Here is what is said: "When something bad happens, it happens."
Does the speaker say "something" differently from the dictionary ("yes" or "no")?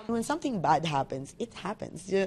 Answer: no